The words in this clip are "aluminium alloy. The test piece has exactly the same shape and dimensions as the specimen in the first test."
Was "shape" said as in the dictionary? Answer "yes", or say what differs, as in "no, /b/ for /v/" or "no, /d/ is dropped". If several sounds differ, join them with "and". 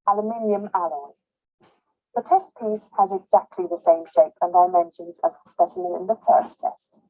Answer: yes